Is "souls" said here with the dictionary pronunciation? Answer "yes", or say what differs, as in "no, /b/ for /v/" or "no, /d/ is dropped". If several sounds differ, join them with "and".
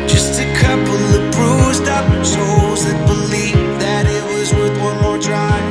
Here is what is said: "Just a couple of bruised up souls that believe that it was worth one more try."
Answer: no, /l/ is dropped